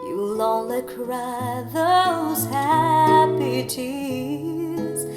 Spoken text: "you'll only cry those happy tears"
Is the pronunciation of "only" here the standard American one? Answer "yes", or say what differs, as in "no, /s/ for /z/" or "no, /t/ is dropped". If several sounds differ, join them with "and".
no, /n/ is dropped